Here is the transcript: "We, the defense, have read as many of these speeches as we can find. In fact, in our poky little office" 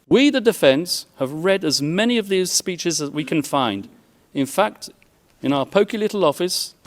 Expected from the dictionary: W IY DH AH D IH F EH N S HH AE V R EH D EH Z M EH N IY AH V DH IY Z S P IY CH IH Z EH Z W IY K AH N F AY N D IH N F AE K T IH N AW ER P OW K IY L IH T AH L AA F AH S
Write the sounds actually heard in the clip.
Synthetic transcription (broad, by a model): W IY DH AH D IH F EH N S HH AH V R EH D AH Z M EH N IY AH V DH IY Z S P IY CH IH Z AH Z W IY K AH N F AY N D IH N F AE K T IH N AW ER P OW K IY L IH T L AA F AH S